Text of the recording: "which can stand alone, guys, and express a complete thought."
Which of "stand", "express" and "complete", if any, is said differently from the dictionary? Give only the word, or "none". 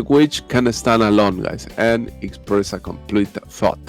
stand